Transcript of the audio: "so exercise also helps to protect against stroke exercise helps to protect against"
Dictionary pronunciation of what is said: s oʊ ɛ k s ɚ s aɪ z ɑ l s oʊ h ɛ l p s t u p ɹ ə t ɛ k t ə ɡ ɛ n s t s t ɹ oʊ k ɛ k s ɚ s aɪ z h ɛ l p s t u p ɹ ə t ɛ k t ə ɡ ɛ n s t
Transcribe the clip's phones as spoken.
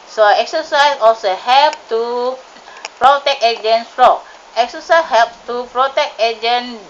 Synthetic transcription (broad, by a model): s oʊ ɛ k s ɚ s aɪ s ɑ l s oʊ h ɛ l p t u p ɹ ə t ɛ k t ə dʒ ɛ n s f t ɹ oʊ ɛ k s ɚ s aɪ s h ɛ l p s t u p ɹ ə t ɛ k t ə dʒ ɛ n